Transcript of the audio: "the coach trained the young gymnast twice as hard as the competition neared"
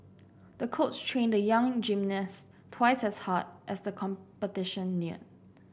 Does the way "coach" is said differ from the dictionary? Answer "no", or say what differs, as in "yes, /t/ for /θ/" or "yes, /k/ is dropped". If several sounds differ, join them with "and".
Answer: yes, /s/ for /tʃ/